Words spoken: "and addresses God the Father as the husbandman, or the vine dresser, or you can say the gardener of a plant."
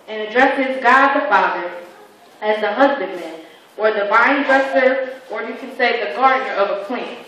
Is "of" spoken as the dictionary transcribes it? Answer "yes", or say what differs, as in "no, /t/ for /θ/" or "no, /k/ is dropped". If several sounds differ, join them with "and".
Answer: yes